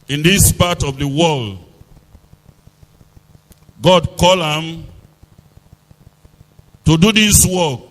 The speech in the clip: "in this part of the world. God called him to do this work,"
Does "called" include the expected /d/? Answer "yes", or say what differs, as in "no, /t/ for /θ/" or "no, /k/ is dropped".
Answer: no, /d/ is dropped